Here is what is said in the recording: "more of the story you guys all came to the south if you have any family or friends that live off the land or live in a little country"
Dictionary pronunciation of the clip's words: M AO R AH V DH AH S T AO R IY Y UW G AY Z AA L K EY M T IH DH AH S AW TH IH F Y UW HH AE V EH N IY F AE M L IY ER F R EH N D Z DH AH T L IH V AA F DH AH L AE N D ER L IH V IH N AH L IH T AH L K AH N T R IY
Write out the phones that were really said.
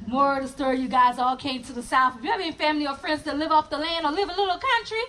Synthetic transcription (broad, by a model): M AO R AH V DH AH S T AO R IY Y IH G AY Z AA L K EY M T IH DH AH S AW TH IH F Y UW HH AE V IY IY F AE M L IY ER F R EH N D Z DH AH T L IH V AA F DH AH L AE N D ER L IH V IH AH L IH T L K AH N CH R IY